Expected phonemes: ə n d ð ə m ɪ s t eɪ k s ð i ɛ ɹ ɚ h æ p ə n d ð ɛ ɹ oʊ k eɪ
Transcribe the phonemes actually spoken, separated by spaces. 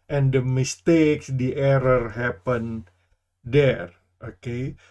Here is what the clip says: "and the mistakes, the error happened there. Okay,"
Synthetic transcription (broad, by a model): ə n d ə m ɪ s t eɪ k s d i ɛ ɹ ɚ h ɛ p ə n d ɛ ɹ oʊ k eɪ